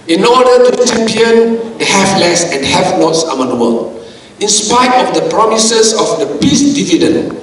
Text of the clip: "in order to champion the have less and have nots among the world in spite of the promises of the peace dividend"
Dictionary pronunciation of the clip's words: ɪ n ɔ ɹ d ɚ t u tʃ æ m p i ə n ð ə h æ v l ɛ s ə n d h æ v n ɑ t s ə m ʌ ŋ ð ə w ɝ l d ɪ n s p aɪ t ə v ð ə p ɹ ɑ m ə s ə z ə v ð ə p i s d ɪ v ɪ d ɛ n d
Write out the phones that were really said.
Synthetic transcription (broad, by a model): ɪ n ɔ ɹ d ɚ t u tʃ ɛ m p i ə n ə h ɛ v l ɛ s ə n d h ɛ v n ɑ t s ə m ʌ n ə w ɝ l ɪ n s p aɪ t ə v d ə p ɹ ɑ m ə s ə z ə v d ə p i s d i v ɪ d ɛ n